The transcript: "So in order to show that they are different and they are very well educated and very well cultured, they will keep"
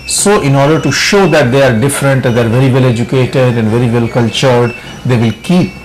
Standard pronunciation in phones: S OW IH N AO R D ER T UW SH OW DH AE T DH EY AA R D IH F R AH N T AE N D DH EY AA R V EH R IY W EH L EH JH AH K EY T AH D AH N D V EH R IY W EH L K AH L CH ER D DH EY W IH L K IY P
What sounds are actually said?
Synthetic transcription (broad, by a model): S OW IH N AO R D ER T UW SH OW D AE T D EY AA R D IH F R AH N T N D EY AA R V EH R IY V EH L EH JH AH K EY T AH D AH N D V EH R IY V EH L K AH L CH ER D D EY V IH L K IY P